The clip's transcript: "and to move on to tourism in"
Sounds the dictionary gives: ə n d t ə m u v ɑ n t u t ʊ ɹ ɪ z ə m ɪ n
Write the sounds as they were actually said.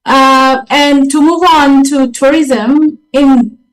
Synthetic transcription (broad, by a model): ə n t ə m u v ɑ n t u t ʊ ɹ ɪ z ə m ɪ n